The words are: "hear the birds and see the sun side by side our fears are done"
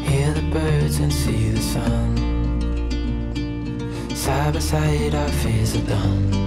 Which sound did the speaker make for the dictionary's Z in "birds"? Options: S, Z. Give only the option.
Z